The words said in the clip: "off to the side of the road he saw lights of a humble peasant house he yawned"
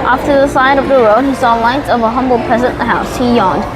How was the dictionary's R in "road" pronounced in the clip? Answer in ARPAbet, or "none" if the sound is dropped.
R